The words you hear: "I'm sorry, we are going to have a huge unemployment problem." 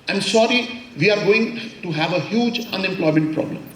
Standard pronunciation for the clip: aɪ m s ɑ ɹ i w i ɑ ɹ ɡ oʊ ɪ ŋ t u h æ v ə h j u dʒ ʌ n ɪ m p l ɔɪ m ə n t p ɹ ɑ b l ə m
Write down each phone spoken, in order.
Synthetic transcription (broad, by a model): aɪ m s ɑ ɹ i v i ɑ ɹ ɡ oʊ ɪ ŋ t u h æ v ə h j u dʒ ʌ n ɪ m p l ɔɪ m ə n t p ɹ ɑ b l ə m